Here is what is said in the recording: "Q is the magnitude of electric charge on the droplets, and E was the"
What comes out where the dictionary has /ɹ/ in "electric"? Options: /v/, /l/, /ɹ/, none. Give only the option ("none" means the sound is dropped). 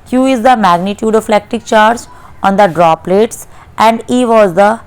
none